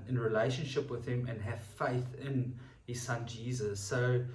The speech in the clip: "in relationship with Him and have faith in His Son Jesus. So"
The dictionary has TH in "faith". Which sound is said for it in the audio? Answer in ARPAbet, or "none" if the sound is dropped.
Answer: TH